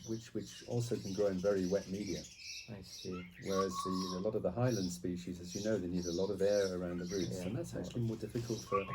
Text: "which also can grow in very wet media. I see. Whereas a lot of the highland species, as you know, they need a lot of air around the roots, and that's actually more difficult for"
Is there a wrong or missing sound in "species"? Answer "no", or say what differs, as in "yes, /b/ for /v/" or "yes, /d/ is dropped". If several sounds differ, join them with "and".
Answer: no